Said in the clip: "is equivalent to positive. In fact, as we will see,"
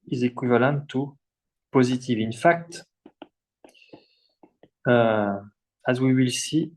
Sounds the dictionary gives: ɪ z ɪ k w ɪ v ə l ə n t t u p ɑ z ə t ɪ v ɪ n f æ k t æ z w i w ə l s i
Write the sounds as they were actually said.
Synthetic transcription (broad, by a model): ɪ z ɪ k w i v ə l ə n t t u p ɑ z ə t ɪ v ɪ n f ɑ k t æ z w i w ə l s i